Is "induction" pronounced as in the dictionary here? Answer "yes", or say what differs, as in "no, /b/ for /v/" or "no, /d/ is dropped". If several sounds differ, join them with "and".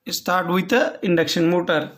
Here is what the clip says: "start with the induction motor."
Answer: yes